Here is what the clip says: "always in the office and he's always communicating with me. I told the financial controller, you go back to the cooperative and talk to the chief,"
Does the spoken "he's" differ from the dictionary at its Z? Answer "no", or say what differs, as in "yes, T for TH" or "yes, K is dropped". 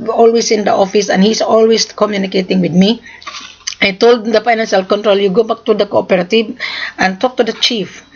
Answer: yes, S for Z